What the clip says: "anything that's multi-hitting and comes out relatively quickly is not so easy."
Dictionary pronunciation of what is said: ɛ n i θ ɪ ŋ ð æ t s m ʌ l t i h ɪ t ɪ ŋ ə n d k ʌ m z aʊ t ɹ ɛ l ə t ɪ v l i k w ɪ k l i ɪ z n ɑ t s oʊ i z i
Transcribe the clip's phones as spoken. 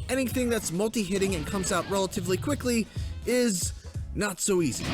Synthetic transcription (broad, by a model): ɛ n i θ ɪ ŋ ð æ t s m ʌ l t i h ɪ t ɪ ŋ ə n k ʌ m z aʊ t ɹ ɛ l ə t ɪ v l i k w ɪ k l i ɪ z n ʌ t s oʊ i z i